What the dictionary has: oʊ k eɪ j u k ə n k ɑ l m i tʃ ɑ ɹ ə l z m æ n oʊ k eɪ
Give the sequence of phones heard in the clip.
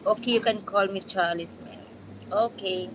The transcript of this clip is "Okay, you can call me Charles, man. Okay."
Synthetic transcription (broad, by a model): oʊ k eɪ j u k ə n k ɑ l m i tʃ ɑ l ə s m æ oʊ k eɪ